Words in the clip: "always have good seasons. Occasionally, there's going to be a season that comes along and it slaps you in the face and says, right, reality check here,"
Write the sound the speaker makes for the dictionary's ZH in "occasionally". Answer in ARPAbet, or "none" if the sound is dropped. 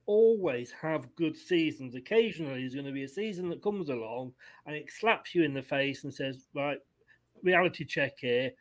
ZH